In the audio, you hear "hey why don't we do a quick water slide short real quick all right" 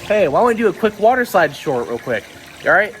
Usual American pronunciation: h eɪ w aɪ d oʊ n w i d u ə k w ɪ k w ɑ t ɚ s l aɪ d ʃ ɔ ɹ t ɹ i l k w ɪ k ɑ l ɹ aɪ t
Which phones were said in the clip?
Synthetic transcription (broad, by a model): h eɪ w aɪ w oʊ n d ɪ ə k w ɪ k w ɑ t ɚ s aɪ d ʃ ɔ ɹ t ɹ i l k w ɪ k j ɹ aɪ t